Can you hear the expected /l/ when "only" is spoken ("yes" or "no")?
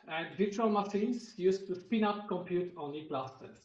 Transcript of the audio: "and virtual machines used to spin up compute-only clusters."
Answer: no